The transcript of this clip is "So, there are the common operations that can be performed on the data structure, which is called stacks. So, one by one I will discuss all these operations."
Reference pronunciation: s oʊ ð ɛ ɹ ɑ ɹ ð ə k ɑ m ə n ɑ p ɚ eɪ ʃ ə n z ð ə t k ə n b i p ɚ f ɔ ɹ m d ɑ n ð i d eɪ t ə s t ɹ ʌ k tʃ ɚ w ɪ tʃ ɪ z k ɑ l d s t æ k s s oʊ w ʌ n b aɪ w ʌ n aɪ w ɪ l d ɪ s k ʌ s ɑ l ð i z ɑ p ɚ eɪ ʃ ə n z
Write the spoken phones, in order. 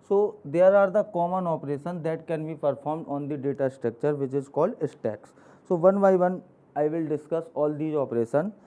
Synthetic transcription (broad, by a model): s oʊ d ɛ ɹ ɑ ɹ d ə k ɑ m ə n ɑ p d eɪ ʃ ə n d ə t k ə n b i p ɚ f ɔ ɹ m d ɑ n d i d eɪ t ə s t ɹ ʌ k tʃ ɚ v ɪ tʃ ɪ z k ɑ l d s t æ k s s oʊ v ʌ n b aɪ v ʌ n aɪ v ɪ l d ɪ s k ʌ s ɑ l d i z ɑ p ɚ eɪ ʃ ə n